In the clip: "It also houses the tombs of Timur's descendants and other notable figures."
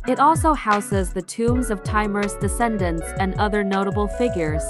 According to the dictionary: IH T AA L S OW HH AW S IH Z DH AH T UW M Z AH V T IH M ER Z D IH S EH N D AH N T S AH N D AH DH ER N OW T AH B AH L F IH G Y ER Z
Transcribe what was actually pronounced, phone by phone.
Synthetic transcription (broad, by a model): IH T AA L S OW HH AW S IH Z DH AH T UW M Z AH V T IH M ER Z D IH S EH N D AH N T S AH N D AH DH ER N OW T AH B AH L F IH G Y ER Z